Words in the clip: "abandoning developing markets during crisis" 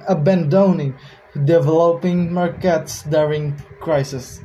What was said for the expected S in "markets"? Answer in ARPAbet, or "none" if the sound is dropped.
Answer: S